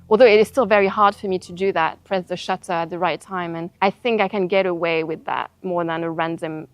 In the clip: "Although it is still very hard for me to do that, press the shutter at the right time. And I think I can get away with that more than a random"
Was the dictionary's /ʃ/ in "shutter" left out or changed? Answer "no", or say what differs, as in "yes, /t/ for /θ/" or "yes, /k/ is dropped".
no